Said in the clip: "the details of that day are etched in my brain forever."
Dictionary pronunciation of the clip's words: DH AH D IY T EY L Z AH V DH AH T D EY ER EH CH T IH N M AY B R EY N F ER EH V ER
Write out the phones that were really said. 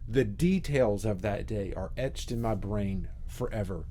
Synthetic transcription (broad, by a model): DH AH D IY T EY L Z AH V DH AH T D EY ER EH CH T IH N M AY B R EY N F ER EH V ER